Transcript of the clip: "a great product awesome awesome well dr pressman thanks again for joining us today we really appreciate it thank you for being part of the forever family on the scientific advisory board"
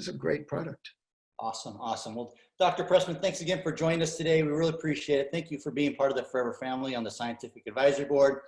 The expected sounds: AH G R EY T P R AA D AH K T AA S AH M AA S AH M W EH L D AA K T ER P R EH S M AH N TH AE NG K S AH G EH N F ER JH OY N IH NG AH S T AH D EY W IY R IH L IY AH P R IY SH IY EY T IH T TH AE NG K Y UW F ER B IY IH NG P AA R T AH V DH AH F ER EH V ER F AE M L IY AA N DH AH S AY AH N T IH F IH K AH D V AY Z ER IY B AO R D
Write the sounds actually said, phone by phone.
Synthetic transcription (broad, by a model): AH G R EY T P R AA D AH K T AA S AH M AA S AH M W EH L D AA K T ER P R EH S M AH N TH AE NG K S AH G EH N F ER JH OY N IH NG AH S T AH D EY W IY R IH L IY AH P R IY SH IY EY T IH T TH AE NG K Y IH F ER B IY IH NG P AA R T AH V DH AH F ER EH V ER F AE M L IY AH N DH AH S AY AH N T IH F IH K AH D V AY Z ER B AO R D